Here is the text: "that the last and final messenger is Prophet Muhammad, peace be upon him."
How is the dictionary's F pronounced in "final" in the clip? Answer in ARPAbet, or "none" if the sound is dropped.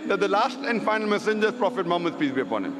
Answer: F